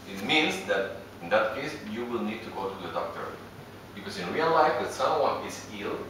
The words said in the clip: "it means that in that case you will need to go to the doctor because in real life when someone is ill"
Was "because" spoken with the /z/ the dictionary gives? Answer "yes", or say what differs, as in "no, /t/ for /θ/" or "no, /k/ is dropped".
no, /s/ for /z/